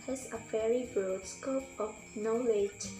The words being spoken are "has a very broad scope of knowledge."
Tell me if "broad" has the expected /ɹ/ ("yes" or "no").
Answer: no